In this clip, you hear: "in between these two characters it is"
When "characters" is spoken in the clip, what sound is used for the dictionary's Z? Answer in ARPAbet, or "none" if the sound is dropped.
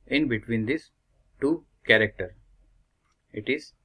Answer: none